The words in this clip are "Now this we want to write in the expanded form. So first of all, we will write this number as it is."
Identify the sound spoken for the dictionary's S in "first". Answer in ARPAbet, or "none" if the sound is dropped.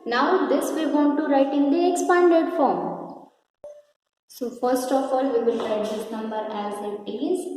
S